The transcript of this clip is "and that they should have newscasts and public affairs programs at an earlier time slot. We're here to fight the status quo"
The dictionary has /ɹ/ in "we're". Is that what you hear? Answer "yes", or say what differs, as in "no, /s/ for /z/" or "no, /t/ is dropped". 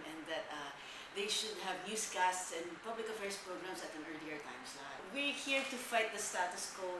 yes